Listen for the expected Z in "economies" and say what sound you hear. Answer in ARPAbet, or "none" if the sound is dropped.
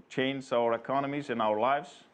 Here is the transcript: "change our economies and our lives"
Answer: Z